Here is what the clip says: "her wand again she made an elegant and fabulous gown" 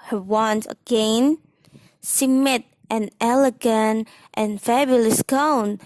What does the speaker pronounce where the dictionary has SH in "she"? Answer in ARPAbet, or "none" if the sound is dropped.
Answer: S